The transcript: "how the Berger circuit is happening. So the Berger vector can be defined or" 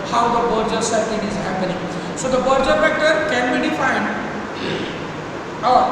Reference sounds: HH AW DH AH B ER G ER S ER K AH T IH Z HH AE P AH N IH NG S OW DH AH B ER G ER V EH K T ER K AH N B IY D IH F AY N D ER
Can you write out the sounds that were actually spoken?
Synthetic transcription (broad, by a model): HH AW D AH B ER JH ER S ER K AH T IH Z HH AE P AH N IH NG S OW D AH B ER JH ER F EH K T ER K AH N B IY D IH F AY N D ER